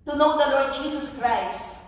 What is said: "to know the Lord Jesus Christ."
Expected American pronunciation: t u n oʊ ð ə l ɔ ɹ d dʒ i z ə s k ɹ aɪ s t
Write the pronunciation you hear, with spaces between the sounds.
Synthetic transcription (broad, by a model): t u n oʊ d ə l ɔ ɹ d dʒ i s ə s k ɹ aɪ s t